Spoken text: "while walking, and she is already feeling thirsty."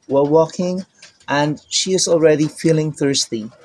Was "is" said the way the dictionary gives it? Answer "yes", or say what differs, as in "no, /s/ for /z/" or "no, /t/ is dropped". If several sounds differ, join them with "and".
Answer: yes